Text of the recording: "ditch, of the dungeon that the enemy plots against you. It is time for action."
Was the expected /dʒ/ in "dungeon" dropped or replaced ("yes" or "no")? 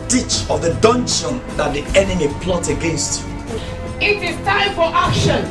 yes